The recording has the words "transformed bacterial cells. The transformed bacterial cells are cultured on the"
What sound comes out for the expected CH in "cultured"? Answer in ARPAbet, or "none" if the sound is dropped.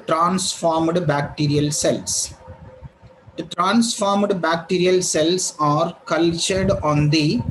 CH